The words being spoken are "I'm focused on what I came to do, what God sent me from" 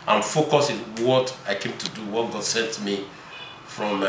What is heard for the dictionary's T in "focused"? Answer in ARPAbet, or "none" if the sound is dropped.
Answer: none